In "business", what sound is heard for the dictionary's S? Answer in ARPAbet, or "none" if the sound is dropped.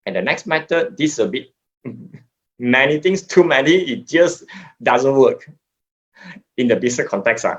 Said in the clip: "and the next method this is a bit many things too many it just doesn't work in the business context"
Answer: none